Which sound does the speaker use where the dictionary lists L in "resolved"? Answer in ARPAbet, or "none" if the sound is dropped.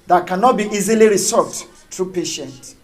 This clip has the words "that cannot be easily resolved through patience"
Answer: none